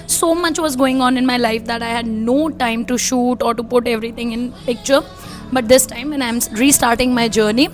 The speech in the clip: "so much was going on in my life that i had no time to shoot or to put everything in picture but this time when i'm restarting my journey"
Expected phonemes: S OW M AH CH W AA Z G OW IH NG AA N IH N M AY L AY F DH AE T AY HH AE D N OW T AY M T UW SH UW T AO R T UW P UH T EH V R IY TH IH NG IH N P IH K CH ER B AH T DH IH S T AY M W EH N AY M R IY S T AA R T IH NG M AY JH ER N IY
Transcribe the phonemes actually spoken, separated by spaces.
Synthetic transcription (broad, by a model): S OW M AH CH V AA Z G OW IH NG AA N IH N M AY L AY F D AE T AY HH AE D N OW T AY M T UW SH UW T AO R T UW P UH T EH V R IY T IH NG IH N P IH K CH ER B AH T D IH S T AY M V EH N AY M R IY S T AA R T IH NG M AY JH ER N IY